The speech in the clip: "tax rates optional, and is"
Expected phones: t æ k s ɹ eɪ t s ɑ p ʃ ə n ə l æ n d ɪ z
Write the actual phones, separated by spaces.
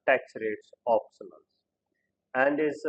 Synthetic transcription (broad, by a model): t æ k s ɹ eɪ t s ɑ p s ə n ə n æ n d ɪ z